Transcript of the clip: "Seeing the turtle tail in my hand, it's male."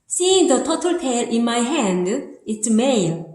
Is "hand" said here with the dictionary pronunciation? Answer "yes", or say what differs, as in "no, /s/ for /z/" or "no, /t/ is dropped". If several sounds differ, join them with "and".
yes